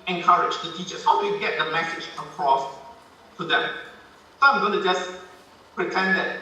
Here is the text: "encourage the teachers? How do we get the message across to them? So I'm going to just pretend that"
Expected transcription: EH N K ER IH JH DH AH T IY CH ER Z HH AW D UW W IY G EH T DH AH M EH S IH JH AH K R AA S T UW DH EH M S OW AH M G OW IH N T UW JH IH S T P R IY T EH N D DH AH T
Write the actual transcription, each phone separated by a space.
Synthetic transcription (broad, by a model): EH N K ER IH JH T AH T IY CH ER S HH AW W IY G EH T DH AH M EH S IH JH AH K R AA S T UW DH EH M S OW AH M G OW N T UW JH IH S P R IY T EH N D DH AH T